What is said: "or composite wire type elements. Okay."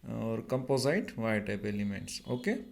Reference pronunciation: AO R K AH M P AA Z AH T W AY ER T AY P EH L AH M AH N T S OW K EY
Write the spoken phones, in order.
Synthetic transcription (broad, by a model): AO R K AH M P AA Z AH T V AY T AY P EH L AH M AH T S OW K EY